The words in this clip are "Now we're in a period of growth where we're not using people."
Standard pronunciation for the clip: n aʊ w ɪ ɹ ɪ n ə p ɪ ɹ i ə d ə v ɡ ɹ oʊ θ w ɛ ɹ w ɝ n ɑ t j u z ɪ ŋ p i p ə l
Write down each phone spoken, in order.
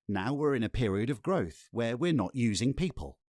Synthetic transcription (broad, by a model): n aʊ w ɪ ɹ ɪ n ə p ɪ ɹ i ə d ə v ɡ ɹ oʊ θ w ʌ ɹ w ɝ n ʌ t j u z ɪ ŋ p i p ə l